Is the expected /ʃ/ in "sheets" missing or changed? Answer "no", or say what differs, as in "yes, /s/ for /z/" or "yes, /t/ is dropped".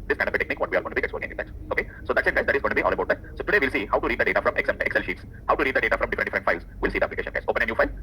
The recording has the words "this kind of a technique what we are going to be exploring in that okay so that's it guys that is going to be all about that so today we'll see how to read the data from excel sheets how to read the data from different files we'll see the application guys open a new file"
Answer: no